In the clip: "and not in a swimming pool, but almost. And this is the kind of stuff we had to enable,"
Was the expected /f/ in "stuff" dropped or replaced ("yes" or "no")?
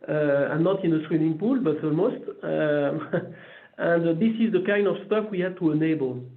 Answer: no